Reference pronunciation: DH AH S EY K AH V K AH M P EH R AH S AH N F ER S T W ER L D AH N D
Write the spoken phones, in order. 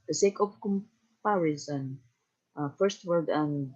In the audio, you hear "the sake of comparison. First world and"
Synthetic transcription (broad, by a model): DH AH S EY K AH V K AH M P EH R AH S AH N F ER S T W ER D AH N